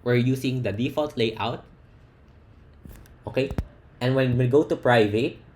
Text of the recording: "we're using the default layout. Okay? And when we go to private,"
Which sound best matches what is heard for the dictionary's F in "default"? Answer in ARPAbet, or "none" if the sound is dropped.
F